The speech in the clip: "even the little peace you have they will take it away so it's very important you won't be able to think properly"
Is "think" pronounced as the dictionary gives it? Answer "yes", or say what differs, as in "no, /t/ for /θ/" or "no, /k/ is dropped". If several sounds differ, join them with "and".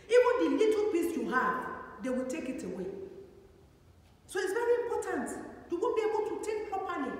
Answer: no, /t/ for /θ/ and /ŋ/ is dropped